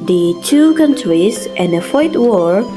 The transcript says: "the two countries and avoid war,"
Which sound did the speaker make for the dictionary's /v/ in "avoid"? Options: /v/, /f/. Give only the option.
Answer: /f/